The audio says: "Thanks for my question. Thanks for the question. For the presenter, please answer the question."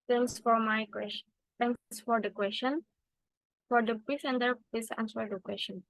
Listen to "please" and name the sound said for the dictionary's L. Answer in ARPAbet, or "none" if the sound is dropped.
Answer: none